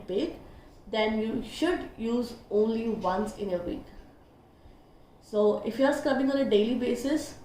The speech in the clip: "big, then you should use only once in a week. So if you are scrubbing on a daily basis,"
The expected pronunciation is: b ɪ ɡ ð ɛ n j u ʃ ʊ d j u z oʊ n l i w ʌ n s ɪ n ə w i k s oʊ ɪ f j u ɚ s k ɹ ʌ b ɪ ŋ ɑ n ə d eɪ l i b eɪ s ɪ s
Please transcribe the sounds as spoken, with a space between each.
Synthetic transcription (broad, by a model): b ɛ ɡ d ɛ n j u ʃ ʊ d j u z oʊ n l i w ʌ n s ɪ n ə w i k s oʊ ɪ f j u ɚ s k ʌ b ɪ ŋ ɑ n ə d eɪ l i b eɪ s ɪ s